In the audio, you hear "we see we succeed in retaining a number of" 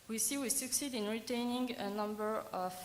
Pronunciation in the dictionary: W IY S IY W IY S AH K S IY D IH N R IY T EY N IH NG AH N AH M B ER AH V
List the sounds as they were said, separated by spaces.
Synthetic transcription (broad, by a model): W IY S IY W IY S AH K S IY D IH N R IY T EY N IH NG AH N AH M B ER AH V